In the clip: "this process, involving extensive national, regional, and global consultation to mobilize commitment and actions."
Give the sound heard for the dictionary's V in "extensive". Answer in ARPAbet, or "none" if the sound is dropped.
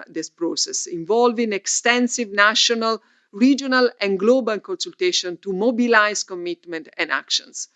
V